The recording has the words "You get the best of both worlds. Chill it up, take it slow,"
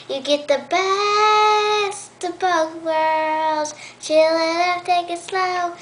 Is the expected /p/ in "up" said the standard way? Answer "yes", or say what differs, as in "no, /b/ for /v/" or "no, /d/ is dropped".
no, /f/ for /p/